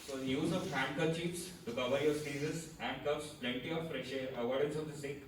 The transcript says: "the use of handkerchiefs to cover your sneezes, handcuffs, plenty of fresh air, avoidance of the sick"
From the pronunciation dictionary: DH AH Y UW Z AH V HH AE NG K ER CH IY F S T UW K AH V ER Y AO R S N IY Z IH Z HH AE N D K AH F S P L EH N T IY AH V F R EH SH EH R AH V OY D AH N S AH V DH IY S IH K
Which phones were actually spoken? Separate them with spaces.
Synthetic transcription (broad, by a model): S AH Y UW Z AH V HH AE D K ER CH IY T S T UW K AH V ER Y AO R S IY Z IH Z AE N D K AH P S P L EH N T IY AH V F R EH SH EH R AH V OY D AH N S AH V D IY S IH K